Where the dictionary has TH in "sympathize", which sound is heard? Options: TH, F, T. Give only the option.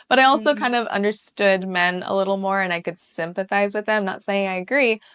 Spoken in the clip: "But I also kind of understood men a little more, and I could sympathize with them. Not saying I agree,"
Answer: TH